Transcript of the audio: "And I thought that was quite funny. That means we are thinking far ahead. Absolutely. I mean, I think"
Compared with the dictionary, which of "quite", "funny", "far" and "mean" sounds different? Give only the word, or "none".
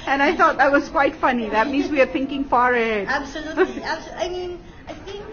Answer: none